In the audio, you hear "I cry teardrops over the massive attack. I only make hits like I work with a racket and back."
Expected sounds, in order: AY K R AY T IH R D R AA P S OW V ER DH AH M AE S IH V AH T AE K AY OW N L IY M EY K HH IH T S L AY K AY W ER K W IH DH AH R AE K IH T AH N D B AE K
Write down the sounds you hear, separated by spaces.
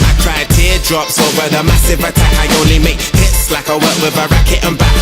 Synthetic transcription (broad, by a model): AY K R AY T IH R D R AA P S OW ER DH AH M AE S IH V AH T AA K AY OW L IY M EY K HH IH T S L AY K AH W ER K W IH DH AH R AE K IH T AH N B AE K